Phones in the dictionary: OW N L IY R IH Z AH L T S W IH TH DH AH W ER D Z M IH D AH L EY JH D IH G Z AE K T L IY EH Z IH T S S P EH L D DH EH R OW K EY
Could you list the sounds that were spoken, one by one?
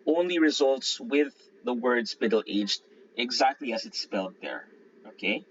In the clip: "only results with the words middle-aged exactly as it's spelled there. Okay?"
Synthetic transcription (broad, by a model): OW N L IY R IH Z AH L T S W IH DH AH W ER D Z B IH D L EY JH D IH G Z AE K T L IY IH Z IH T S S P EH L D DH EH R OW K EY